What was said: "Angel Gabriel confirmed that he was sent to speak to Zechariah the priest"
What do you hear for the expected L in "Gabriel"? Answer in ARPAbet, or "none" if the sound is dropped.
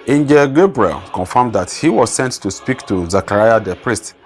L